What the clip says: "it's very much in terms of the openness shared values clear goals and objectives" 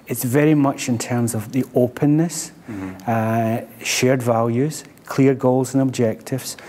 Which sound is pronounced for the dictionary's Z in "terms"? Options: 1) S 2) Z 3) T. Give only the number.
2